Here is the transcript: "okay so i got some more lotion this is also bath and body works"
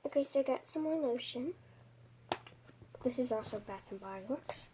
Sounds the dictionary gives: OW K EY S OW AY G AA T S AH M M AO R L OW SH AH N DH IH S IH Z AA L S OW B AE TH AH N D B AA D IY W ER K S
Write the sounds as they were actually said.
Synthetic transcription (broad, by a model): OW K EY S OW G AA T S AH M M AO R N OW SH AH N DH IH S IH Z AA L S OW B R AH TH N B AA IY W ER K S